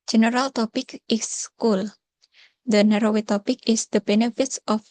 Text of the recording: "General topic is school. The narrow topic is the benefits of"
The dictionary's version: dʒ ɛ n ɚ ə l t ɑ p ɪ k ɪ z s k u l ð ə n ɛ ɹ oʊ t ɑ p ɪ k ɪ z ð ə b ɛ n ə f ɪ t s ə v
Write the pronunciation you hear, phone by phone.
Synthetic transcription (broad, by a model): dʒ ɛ n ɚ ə l t ɑ p ɪ k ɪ s k u l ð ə n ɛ ɹ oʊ t ɑ p ɪ k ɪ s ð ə b ɛ n ə f ɪ t s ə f